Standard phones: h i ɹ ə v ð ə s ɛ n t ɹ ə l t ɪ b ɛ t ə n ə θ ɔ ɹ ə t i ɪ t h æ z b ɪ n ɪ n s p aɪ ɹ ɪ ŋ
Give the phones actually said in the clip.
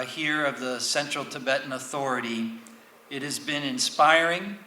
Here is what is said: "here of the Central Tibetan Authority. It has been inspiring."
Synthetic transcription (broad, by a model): h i ɹ ə v ð ə s ɛ n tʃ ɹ l t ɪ b ɛ t n ə θ ɔ ɹ ə t i ɪ t h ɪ z b ɪ n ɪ n s p aɪ ɹ ɪ ŋ